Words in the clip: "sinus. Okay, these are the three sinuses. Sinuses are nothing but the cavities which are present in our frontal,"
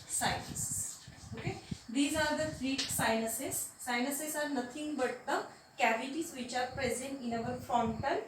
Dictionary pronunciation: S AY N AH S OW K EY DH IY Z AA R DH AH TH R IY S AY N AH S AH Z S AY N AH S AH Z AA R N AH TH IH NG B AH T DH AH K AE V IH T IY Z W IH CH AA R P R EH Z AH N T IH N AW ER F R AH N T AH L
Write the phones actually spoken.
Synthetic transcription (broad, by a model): S AY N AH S OW K EY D IY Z AA R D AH F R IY S AY N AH S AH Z S AY N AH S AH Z AA R N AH T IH NG B AH T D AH K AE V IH T IY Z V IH CH AA R P R EH Z AH N T IH N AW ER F R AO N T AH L